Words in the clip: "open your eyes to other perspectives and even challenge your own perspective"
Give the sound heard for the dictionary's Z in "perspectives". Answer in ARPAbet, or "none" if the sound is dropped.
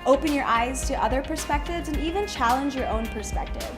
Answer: Z